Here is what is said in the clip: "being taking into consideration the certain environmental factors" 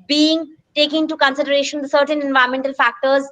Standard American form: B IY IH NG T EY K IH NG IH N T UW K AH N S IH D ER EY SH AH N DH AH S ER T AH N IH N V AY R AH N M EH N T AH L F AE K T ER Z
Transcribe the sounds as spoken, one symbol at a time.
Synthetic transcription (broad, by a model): B IY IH NG T EY K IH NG IH N T UW K AH N S IH D ER EY SH AH N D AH S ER T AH N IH N V AY AH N M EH N T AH L F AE K T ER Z